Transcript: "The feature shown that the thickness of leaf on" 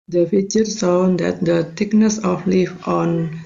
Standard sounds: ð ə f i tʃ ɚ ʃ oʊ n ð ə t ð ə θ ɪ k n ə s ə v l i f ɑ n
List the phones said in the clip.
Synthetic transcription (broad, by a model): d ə f i tʃ ɚ s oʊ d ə t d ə t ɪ k n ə s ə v l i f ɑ n